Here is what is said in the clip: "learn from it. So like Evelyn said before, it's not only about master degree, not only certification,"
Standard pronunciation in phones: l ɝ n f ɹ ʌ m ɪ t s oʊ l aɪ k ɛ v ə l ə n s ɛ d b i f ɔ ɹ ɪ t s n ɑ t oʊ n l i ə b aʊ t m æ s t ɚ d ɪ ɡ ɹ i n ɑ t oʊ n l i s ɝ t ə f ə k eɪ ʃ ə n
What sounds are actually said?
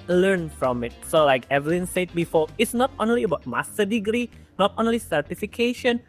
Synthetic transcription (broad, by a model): l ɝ n f ɹ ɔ m ɪ t s oʊ l aɪ k ɛ v ə l ə n s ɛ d b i f ɔ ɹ ɪ t s n ɑ t oʊ n l i ə b aʊ t m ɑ s t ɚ d ɪ ɡ ɹ i n ɑ t oʊ n l i s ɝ t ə f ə k eɪ ʃ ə n